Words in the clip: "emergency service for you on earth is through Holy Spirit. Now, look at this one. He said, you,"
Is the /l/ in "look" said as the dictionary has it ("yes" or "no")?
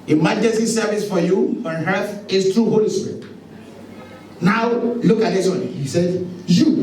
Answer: yes